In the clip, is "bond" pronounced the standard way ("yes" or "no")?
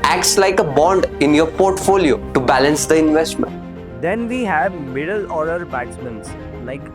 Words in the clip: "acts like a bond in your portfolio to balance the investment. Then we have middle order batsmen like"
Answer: yes